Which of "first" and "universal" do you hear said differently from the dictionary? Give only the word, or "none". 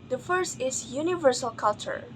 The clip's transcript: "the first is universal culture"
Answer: none